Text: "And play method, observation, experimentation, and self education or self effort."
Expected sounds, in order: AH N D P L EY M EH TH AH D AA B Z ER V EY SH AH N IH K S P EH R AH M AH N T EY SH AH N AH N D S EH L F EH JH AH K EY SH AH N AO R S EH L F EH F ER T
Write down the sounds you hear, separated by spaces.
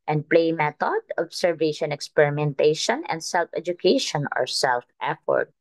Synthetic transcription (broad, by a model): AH N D P L EY M EH T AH D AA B S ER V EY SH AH N IH K S P EH R AH M AH N T EY SH AH N AH N D S EH L F EH JH AH K EY SH AH N AO R S EH L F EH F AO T